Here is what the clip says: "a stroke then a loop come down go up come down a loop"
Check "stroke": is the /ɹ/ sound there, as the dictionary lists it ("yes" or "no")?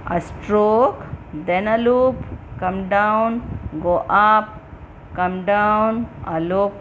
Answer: yes